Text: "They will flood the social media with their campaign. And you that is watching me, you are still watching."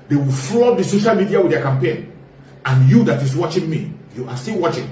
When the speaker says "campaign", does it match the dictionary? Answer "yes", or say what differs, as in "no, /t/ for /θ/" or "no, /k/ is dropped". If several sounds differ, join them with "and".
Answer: yes